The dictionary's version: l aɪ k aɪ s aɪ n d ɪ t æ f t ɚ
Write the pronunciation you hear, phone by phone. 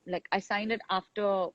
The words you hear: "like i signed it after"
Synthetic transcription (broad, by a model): l aɪ k aɪ s aɪ n d ɪ t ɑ f t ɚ